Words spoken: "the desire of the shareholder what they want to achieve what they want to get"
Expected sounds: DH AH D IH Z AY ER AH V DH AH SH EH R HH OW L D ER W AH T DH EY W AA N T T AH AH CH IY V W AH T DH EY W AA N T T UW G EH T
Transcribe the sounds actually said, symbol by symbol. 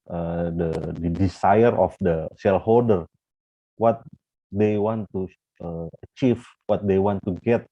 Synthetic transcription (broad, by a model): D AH D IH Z AY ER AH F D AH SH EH L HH OW L D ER W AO T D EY W AA N T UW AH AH CH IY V W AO T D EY W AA N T T UW G EH T